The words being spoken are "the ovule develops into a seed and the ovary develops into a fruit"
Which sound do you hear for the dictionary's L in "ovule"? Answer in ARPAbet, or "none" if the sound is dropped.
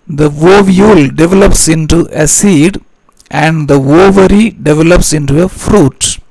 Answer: L